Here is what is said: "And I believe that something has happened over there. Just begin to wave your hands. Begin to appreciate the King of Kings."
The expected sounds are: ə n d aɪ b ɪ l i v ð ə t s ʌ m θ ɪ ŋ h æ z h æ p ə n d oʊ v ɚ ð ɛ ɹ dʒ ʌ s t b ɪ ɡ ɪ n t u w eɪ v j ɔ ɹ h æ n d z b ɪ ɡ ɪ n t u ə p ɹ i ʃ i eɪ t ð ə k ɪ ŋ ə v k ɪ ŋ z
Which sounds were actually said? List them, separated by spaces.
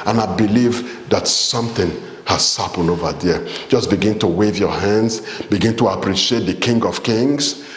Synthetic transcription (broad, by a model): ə n aɪ b ɪ l i v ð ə t s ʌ m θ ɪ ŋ h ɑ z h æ p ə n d oʊ v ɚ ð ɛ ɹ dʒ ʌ s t b ɪ ɡ ɪ n t u w eɪ v j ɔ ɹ h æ n d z b ɪ ɡ ɪ n t u ə p ɹ i ʃ i eɪ t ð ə k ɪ ŋ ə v k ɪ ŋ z